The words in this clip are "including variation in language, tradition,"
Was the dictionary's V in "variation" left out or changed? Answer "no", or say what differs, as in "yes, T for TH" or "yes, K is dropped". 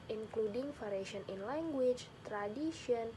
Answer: yes, F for V